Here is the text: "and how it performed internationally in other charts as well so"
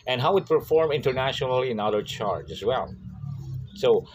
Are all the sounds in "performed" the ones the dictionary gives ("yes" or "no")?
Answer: no